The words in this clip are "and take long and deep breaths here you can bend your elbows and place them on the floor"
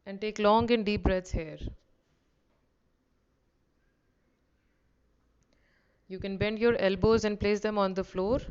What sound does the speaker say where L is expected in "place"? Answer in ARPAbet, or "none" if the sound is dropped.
L